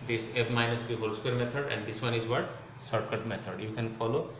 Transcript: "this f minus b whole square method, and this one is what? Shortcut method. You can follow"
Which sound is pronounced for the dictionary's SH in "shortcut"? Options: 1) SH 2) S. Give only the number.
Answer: 2